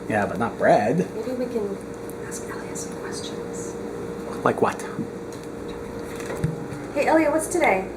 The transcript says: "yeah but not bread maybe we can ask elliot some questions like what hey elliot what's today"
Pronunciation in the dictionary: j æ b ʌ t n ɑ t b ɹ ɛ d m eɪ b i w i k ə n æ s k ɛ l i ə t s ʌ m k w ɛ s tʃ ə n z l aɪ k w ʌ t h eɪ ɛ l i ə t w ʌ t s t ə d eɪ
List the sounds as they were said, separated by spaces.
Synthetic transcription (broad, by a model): j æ b ʌ t n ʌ t b ɹ ɛ d m eɪ b i w i k ə n æ s k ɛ l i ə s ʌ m k w ɛ s tʃ ə n z l aɪ k w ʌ t h eɪ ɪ i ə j w ʌ t s t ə d eɪ